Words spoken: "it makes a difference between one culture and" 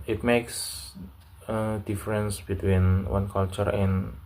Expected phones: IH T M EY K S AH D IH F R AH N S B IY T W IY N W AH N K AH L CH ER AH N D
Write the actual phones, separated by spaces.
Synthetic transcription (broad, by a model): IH T M EY K S AH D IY F R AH N S B IY T W IY N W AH N K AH L CH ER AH N